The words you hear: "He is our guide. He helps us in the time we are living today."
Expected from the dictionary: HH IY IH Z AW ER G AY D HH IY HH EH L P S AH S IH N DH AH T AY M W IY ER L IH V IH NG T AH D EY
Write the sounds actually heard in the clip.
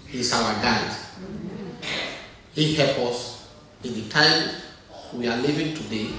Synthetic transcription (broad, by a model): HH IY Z AW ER G AY D HH IY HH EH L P AH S IH N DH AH T AY M W IY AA L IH V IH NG T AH D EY